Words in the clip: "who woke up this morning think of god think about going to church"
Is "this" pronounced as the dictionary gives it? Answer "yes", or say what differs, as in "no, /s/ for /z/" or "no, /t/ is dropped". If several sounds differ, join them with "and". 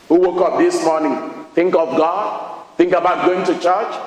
yes